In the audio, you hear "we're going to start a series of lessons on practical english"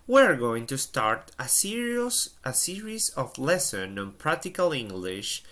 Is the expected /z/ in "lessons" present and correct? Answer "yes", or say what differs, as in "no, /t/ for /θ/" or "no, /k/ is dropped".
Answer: no, /z/ is dropped